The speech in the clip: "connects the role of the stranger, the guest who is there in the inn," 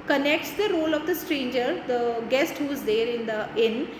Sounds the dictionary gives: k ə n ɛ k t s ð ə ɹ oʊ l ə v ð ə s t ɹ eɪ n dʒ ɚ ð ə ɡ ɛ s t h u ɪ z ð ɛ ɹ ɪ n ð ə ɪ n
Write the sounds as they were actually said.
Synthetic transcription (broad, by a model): k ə n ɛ k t s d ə ɹ oʊ l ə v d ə s t ɹ eɪ n dʒ ɚ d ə ɡ ɛ s t h u ɪ z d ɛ ɹ ɪ n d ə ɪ n